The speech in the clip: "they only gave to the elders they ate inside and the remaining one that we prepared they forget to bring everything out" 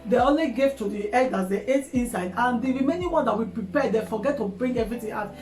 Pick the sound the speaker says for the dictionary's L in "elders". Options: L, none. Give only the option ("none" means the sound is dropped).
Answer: none